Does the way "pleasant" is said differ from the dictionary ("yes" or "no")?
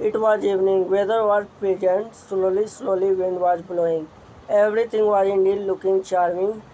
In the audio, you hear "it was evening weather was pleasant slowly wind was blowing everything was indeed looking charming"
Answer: yes